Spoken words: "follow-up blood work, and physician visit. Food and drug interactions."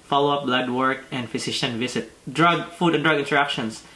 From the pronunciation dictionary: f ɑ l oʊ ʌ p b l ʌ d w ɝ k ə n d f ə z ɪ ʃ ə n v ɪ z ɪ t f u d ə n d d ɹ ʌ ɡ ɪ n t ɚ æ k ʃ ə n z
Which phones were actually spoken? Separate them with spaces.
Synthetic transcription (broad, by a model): f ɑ l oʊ ʌ p b l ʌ d w ɝ k ə n d f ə s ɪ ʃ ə n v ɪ s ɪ t f u d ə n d d ɹ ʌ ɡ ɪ n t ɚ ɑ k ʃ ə n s